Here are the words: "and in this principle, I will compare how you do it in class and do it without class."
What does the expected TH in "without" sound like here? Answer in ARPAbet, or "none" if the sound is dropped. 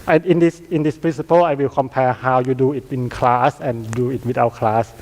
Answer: T